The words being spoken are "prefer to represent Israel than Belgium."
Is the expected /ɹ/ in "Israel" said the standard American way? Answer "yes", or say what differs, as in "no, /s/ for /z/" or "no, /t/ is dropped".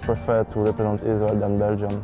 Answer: no, /w/ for /ɹ/